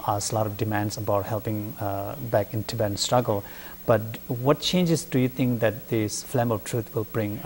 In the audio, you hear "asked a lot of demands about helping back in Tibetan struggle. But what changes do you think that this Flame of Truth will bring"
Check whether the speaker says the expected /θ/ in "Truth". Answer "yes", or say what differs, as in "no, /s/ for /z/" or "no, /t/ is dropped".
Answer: no, /t/ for /θ/